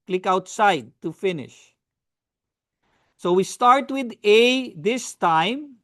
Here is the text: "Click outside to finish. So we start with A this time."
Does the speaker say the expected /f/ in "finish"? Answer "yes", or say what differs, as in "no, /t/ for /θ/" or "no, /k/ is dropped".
yes